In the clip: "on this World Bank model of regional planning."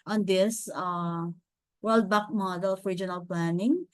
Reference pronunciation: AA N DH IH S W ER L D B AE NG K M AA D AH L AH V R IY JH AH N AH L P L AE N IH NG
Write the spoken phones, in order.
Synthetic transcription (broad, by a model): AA N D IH S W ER L D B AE K M AA D AH L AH F R IY JH AH N AH L P L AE N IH NG